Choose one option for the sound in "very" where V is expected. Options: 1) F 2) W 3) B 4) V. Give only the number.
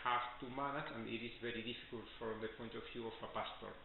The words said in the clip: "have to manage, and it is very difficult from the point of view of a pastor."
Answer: 4